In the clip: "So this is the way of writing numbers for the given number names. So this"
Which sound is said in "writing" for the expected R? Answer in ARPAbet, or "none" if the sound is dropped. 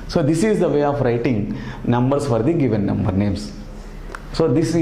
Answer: R